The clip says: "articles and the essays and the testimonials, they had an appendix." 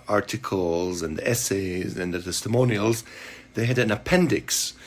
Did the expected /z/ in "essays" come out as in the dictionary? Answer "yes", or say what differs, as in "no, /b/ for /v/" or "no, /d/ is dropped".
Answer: yes